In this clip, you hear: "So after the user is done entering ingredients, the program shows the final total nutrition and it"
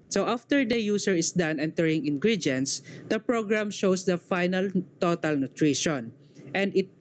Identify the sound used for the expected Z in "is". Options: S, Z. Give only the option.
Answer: S